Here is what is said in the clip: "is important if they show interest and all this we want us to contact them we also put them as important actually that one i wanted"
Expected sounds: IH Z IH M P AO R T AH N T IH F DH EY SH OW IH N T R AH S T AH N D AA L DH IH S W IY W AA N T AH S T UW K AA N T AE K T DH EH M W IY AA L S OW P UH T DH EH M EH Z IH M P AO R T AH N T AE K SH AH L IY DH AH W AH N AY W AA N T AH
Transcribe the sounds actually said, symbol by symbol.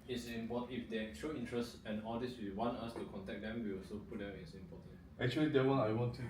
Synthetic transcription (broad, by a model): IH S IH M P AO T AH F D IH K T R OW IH N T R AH S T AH N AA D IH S W IY W AA N T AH S T UW K AA N T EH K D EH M W IY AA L S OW P UH T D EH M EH S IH M P AO T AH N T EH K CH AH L IY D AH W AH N AY W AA N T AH